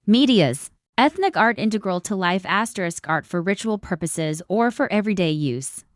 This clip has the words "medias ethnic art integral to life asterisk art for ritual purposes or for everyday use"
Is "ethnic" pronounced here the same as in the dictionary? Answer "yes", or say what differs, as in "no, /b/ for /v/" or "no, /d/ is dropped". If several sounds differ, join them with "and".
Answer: yes